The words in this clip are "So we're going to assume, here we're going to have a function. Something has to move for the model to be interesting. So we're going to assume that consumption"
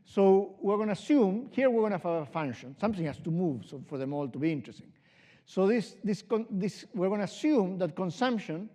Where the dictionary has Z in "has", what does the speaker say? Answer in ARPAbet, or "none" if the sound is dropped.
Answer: S